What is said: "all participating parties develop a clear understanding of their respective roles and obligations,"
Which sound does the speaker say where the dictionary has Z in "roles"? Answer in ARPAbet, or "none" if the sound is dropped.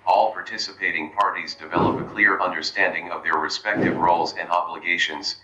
Z